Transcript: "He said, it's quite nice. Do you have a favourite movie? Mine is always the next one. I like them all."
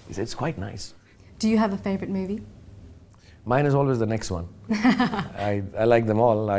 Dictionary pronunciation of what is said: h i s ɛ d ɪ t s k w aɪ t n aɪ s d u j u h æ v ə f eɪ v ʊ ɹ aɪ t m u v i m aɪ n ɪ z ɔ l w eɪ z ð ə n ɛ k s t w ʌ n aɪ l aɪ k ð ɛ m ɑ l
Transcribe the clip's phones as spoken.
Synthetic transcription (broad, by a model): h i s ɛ ɪ t s k w aɪ t n aɪ s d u j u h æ v ə f eɪ v ɹ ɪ t m u v i m aɪ n ɪ z ɔ l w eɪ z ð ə n ɛ k s t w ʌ n aɪ l aɪ k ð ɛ m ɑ l